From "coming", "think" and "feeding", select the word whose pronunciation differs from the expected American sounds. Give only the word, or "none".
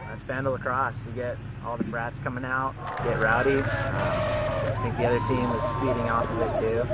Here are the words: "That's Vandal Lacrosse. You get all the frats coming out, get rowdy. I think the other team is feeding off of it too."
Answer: none